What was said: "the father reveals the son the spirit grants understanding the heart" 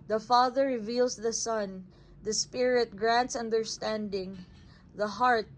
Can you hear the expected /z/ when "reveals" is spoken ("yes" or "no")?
no